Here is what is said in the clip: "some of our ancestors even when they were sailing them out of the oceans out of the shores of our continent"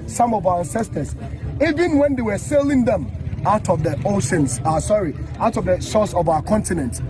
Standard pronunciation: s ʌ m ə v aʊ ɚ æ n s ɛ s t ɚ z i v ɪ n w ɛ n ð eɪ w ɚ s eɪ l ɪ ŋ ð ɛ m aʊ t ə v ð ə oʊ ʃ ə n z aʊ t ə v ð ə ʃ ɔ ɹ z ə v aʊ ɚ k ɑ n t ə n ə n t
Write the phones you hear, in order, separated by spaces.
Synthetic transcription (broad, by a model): s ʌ m ə v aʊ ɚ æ n s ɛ s t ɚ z i v ɪ n w ɛ n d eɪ w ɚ s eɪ l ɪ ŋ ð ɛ m aʊ t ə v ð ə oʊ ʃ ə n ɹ aʊ t ə v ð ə s ɔ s ə v aʊ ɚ k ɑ n t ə n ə n t